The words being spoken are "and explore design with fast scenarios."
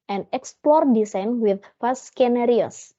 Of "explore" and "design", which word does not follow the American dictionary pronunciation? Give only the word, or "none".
design